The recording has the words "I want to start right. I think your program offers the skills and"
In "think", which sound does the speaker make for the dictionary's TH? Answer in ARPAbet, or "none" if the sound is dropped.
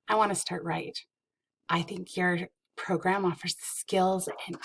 TH